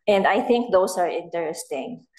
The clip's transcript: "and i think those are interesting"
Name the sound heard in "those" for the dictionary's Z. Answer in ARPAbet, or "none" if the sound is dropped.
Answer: S